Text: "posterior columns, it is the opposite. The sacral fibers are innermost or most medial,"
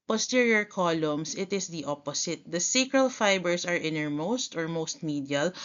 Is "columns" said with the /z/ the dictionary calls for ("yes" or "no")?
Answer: no